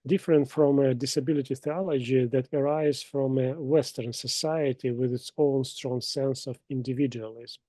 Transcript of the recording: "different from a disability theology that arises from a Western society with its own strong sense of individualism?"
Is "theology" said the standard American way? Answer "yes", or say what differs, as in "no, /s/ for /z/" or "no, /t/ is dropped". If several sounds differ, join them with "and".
yes